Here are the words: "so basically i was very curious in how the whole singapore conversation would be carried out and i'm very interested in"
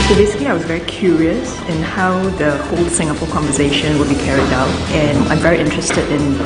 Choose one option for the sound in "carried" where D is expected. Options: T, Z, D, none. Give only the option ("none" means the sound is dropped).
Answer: D